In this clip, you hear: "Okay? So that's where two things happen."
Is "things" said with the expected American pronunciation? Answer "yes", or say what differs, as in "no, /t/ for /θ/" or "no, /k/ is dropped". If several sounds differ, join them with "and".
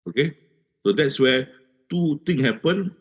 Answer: no, /t/ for /θ/ and /z/ is dropped